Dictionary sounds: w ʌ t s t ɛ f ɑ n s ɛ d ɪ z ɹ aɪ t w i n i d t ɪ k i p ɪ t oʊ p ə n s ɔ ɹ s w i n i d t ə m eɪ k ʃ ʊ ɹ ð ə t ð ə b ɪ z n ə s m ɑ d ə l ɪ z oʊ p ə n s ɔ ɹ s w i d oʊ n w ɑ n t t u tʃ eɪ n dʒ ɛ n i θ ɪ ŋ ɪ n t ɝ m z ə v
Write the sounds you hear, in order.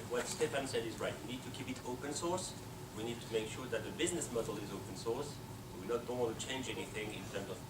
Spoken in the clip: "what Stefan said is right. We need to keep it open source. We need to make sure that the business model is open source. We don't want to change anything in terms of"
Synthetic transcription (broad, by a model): w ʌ t s t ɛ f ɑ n s ɛ d ɪ z ɹ aɪ t w i n i d t ɪ k i p ɪ t oʊ p ə n s ɔ ɹ s w i n i d t ə m eɪ k ʃ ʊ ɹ ð ə t ð ə b ɪ z n ə s m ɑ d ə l ɪ z oʊ p ə n s ɔ ɹ s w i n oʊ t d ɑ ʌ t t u tʃ eɪ n dʒ ɛ n i θ ɪ ŋ ɪ n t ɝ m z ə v